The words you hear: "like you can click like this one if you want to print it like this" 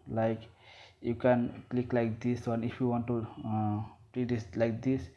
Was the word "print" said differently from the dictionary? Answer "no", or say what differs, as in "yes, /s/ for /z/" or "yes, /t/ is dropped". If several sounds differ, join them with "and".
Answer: yes, /n/ is dropped